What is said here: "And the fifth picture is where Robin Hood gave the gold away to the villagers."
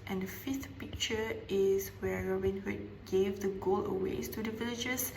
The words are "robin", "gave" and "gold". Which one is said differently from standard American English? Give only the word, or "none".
gold